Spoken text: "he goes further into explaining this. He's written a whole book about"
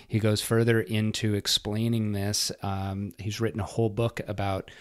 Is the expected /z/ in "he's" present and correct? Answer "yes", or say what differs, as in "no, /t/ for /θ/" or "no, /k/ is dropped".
yes